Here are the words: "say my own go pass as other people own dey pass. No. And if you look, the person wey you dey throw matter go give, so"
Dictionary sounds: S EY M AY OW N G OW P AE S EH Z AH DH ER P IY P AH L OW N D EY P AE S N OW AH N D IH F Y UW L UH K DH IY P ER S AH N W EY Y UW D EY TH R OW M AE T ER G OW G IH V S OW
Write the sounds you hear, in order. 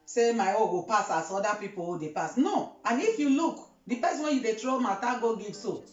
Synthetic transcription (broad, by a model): S EY M AY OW G OW P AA S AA S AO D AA P IY P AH W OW D EY P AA S N OW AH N IH F Y UW L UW K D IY P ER S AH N W EY Y UW D EY T R OW M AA T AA G OW G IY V S OW